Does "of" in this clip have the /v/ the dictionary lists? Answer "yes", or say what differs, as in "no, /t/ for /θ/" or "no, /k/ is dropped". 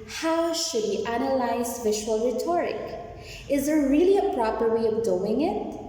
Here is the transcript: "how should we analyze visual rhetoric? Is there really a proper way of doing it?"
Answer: yes